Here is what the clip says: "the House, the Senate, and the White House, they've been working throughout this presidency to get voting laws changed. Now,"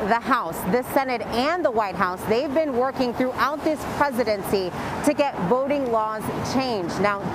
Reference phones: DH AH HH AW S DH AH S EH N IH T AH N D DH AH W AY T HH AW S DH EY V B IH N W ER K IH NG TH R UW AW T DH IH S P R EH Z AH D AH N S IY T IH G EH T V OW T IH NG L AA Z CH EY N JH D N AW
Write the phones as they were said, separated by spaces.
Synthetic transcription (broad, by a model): DH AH HH AW S DH AH S EH N IH T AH N DH AH W AY T HH AW S DH EY V B IH N W ER K IH NG TH R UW AW T DH IH S P R EH Z AH D AH N S IY T IH G EH T V OW T IH NG L AA Z CH EY N JH N AW